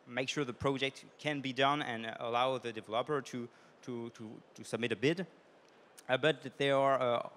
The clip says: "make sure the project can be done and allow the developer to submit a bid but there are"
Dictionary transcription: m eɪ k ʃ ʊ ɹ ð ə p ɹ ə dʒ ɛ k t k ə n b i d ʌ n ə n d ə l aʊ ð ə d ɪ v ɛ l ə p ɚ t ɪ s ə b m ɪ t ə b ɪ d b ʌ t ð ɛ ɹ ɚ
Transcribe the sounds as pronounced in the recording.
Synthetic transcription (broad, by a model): m eɪ k ʃ ʊ ɹ ð ə p ɹ ə dʒ ɛ k t k ə n b i d ʌ n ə n ə l aʊ ð ə d ɪ v ɛ l ə p ɚ t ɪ s ə b m ɪ t ə b ɪ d b ʌ t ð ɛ ɹ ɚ